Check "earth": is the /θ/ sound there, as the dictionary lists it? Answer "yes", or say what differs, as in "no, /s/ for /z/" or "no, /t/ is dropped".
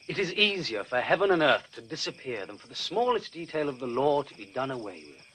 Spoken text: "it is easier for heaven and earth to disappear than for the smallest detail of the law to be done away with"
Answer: yes